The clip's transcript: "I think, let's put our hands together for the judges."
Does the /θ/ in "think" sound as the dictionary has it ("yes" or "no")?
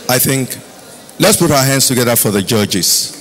yes